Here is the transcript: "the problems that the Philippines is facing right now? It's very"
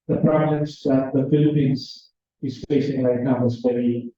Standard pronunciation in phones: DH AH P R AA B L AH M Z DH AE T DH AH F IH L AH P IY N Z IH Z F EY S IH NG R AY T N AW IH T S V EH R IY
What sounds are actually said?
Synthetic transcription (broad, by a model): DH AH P R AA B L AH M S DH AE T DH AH F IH L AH P IY N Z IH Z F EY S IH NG L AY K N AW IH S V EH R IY